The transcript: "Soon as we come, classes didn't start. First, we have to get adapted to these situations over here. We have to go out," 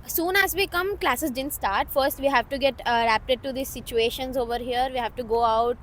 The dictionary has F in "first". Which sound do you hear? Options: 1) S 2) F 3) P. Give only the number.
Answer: 2